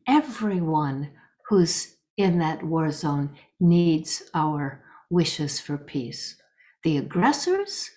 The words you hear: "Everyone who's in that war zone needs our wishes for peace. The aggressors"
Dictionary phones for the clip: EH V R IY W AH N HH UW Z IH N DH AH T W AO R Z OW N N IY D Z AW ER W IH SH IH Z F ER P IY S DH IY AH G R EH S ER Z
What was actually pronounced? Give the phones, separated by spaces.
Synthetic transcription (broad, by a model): EH V R IY W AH N HH UW Z IH N DH AH T W AO R Z OW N N IY D Z AW ER W IH SH IH Z F ER P IY S DH IY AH G R EH S ER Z